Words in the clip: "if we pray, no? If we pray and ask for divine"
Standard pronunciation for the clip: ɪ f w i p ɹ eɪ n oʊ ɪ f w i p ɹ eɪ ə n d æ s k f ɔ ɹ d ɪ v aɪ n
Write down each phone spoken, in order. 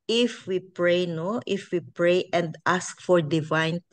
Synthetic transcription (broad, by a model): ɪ f w i p ɹ eɪ n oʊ ɪ f w i p ɹ eɪ ə n d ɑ s k f ɔ ɹ d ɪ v aɪ n